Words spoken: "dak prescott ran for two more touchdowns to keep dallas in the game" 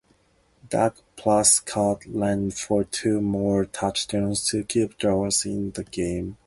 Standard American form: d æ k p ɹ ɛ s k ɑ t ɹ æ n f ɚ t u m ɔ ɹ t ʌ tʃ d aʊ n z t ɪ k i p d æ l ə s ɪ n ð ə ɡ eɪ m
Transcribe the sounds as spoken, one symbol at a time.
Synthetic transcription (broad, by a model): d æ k p l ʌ s k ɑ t l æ n f ɚ t u m ɔ ɹ t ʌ tʃ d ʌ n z t ɪ k i p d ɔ ə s ɪ n ð ə ɡ eɪ m